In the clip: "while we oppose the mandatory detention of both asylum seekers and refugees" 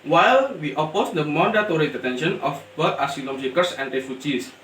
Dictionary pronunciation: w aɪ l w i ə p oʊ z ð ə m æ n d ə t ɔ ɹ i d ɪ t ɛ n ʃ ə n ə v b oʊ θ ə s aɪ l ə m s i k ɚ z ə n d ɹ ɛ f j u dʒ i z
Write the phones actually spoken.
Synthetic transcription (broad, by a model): w aɪ l w i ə p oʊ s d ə m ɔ n d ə t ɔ ɹ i d ɪ t ɛ n ʃ ə n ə f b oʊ t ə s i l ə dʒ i k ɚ s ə n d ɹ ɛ f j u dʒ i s